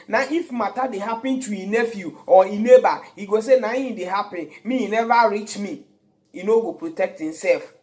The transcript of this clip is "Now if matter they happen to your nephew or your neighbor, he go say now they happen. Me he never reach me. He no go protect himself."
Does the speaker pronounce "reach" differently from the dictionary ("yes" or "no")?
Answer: no